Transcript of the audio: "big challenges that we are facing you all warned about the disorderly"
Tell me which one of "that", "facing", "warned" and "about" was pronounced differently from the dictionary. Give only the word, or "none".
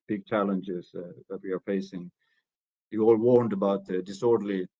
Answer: none